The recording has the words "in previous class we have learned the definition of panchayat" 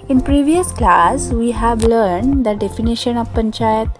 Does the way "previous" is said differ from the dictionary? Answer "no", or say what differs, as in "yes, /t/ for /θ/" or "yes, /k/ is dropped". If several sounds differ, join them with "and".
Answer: no